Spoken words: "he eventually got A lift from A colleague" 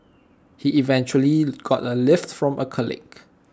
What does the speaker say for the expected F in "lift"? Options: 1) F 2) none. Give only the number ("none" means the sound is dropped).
1